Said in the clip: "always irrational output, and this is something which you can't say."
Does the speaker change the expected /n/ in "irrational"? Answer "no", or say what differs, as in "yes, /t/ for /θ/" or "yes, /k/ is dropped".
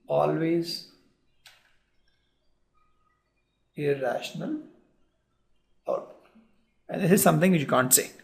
no